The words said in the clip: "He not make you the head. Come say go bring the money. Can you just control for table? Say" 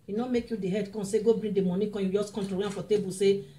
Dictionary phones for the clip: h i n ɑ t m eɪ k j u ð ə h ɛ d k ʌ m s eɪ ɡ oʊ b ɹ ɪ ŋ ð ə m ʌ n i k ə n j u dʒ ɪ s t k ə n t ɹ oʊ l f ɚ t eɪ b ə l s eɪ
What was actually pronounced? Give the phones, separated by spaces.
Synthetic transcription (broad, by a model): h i n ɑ m eɪ k j u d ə h ɛ d k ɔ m s eɪ ɡ oʊ b ɹ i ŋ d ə m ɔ n i k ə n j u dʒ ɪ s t k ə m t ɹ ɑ n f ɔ t eɪ b ə l s eɪ